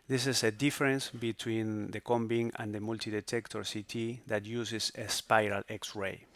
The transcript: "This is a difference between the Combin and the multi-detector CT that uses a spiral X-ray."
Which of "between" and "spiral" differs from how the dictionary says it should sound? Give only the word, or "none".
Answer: none